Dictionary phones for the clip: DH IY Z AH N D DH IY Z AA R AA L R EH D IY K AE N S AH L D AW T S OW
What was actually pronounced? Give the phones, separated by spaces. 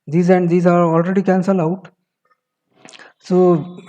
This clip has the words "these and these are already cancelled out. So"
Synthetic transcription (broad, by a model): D IY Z AH N D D IY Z AA R AA L R EH D IY K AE N S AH L AW T S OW